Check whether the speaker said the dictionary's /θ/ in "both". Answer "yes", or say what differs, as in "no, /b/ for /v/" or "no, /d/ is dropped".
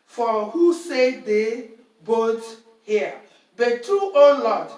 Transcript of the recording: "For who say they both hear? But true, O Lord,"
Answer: no, /t/ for /θ/